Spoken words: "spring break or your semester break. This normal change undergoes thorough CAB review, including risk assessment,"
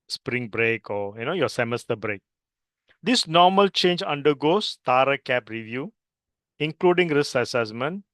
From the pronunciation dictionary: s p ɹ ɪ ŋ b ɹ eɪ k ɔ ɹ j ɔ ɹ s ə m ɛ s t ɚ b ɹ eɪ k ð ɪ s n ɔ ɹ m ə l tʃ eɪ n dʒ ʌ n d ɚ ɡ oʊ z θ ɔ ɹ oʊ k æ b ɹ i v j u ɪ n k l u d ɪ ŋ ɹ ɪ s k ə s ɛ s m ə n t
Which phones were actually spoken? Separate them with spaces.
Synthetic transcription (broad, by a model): s p ɹ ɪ ŋ b ɹ eɪ k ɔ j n ɔ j s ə m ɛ s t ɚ b ɹ eɪ k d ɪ s n ɔ m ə l tʃ eɪ n dʒ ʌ n d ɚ ɡ oʊ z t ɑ ɹ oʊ k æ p ɹ i v j u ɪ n k l u d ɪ ŋ ɹ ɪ s ə s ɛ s m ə n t